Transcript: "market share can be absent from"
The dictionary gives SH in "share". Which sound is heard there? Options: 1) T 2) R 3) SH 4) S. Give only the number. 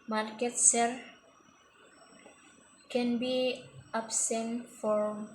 4